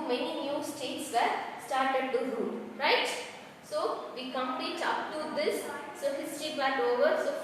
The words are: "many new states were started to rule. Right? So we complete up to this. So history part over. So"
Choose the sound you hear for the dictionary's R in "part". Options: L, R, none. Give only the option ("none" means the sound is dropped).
L